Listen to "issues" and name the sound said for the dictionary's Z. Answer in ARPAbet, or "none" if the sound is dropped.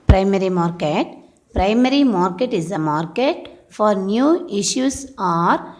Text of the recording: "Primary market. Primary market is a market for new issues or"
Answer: S